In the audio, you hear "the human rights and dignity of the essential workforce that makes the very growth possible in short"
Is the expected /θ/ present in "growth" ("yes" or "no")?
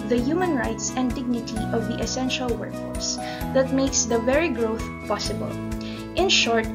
yes